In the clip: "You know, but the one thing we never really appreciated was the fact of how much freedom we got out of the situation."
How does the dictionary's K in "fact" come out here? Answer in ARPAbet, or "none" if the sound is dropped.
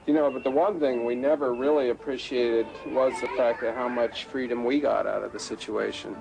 K